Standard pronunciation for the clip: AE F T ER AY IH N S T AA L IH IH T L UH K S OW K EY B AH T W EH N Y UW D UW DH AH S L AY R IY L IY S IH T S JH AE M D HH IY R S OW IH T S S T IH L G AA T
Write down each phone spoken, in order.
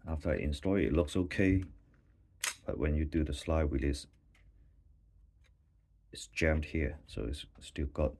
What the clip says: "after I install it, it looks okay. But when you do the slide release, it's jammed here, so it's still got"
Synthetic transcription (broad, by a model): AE F T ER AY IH N S T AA IH IH T L UH K S OW K EY B AH T W EH N Y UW D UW DH AH S L AY W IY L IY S IH T S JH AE M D HH IY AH S OW IH T S S T IH L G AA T